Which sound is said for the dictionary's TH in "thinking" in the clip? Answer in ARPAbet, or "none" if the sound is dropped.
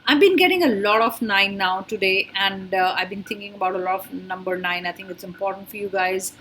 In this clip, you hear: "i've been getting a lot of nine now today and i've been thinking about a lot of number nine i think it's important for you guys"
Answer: T